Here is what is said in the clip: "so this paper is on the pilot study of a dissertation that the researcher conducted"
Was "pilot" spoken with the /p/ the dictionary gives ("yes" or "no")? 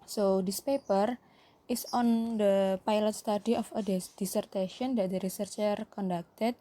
yes